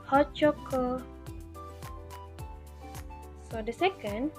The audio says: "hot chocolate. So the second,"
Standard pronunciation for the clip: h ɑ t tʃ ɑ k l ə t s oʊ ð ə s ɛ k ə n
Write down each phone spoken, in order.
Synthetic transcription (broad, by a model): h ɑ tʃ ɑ k ə s oʊ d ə s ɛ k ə n